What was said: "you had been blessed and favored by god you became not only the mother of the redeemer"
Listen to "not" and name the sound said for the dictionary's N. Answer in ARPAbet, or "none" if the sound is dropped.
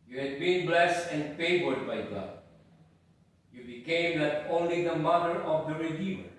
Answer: L